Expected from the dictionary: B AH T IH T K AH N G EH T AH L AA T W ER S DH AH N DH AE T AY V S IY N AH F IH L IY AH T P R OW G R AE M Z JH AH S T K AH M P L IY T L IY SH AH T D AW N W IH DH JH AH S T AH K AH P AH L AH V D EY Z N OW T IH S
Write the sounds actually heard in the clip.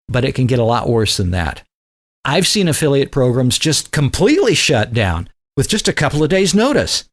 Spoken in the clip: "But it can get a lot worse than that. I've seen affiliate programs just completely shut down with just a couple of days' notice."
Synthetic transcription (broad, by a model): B AH T IH T K AH N G EH T AH L AA T W ER S DH AH N DH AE T AY V S IY N AH F IH L IY AH T P R OW G R AE M Z JH AH S T K AH M P L IY T L IY SH AH T D AW N W IH DH JH AH S T AH K AH P L AH V D EY Z N OW T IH S